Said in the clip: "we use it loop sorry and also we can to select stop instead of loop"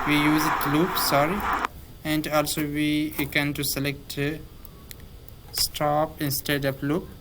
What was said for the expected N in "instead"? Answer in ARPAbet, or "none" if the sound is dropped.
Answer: N